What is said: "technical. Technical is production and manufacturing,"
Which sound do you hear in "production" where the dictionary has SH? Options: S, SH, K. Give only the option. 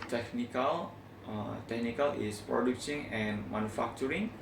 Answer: S